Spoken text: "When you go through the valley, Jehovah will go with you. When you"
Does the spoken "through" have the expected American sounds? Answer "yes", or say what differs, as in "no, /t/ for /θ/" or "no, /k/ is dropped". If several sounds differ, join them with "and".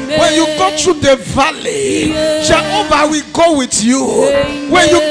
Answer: no, /t/ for /θ/